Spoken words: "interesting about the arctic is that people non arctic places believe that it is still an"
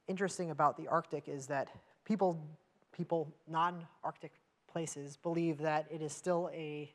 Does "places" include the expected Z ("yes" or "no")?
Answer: yes